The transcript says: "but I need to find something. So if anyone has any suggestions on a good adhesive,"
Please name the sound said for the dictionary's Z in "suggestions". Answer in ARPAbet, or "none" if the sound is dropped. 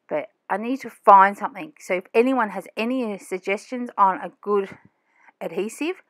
Z